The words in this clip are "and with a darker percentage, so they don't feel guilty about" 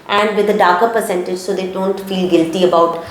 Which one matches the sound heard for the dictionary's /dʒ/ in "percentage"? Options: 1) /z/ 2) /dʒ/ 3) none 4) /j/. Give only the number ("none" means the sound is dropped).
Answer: 2